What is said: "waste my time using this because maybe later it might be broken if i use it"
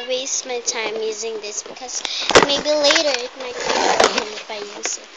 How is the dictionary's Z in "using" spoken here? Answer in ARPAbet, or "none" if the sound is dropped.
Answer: Z